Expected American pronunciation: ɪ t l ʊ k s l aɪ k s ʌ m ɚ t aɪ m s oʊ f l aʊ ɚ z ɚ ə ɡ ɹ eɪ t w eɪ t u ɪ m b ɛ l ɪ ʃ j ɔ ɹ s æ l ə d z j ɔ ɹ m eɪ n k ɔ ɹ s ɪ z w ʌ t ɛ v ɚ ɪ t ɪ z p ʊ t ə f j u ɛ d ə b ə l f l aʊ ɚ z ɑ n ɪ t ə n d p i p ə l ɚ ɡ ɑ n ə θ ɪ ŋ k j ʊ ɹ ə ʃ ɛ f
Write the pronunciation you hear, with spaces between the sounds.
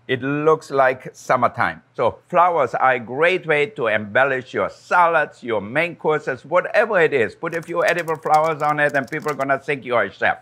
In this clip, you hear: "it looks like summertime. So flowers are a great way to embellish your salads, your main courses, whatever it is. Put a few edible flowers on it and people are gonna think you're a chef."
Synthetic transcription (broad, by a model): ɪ t l ʊ k s l aɪ k s ʌ m ɚ t aɪ m s oʊ f l aʊ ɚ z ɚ ə ɡ ɹ eɪ t w eɪ t u ɪ m b ɛ l ɪ ʃ j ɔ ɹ s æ l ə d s j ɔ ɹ m eɪ n k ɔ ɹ s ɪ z w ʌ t ɛ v ɚ ɪ t ɪ z p ʊ t ə f j u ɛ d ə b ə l f l aʊ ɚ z ɑ n ɪ t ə n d p i p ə l ɡ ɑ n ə s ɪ ŋ k j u ə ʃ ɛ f